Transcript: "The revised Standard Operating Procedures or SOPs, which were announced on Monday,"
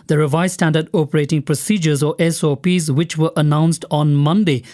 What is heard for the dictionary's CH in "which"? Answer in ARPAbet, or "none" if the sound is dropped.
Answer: CH